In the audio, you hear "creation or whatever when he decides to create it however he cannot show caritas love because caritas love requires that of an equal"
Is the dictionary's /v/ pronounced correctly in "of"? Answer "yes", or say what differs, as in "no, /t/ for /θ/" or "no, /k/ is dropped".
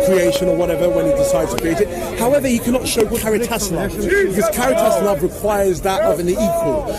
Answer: yes